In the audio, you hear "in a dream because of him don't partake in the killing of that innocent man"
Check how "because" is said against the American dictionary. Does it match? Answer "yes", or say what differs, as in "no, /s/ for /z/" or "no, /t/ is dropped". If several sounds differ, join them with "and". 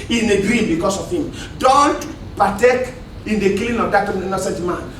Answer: no, /s/ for /z/